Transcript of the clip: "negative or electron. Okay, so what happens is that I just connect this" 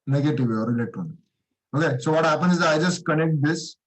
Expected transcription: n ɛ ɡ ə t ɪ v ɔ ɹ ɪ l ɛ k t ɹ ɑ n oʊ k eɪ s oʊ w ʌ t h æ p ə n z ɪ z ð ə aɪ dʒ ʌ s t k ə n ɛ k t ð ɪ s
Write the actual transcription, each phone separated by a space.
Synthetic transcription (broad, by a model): n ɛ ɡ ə t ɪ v ɔ ɹ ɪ l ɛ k t ɑ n oʊ k eɪ s oʊ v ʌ t h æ p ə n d ɪ z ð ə aɪ dʒ ʌ s t k ə n ɛ k t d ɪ s